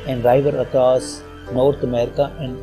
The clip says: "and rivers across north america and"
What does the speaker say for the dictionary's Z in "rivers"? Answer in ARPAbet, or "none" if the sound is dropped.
none